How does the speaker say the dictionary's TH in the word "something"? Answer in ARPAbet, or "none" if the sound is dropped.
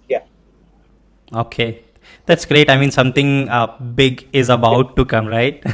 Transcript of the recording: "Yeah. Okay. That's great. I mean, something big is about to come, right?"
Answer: T